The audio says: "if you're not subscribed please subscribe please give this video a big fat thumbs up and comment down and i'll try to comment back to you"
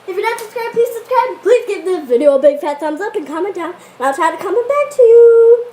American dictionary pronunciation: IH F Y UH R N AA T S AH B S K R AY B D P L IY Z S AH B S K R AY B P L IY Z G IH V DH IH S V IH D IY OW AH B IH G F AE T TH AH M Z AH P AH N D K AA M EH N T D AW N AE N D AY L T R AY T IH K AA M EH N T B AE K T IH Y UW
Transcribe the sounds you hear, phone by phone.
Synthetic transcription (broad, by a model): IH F Y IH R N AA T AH S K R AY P IY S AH S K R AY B P L IY Z G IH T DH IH V IH D IY OW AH B IH G F AE T S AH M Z AH P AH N K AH M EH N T D AW N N AY L T R AY T IH K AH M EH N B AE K T IH Y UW